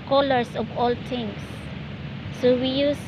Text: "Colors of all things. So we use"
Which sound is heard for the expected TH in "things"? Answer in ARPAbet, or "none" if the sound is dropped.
T